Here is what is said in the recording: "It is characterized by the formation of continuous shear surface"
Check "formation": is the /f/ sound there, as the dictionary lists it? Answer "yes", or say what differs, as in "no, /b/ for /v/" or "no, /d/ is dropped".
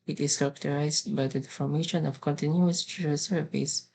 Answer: yes